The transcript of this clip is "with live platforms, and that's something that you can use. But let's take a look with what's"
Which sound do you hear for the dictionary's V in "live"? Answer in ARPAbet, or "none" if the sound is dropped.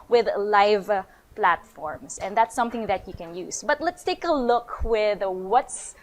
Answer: V